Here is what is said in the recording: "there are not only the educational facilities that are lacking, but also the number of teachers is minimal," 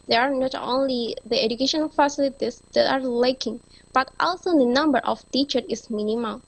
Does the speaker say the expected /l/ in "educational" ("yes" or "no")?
no